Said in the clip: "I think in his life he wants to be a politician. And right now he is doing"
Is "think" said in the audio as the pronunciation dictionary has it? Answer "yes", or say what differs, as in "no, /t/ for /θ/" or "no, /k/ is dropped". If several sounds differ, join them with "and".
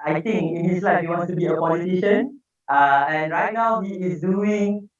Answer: no, /t/ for /θ/